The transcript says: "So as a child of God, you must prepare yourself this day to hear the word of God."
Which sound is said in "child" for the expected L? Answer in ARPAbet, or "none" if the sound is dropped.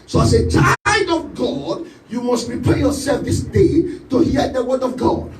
none